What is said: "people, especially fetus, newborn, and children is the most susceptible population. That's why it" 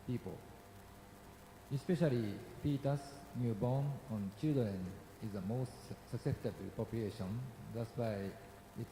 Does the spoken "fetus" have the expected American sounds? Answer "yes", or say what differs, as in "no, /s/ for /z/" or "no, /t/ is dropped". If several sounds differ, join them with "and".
no, /p/ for /f/